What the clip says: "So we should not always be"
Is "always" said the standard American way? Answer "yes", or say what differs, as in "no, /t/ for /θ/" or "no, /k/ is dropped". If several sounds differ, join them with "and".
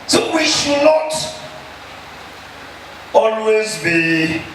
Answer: yes